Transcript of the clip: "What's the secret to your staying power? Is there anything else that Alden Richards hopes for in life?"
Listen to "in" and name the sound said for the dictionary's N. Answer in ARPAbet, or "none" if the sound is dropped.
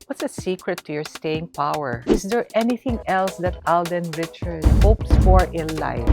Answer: L